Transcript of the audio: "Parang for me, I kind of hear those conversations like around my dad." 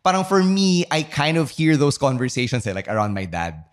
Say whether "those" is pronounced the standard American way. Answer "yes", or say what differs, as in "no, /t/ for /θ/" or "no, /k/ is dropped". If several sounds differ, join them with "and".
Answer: no, /s/ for /z/